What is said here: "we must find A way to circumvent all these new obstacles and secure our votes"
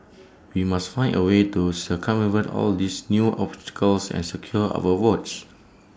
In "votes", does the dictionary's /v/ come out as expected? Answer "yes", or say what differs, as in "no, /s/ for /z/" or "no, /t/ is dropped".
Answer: no, /w/ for /v/